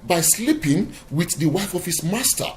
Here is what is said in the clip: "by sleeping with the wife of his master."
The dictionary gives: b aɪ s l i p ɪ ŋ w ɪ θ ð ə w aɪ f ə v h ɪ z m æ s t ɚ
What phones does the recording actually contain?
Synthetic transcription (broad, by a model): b aɪ s l i p ɪ ŋ w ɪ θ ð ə w aɪ f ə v h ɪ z m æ s t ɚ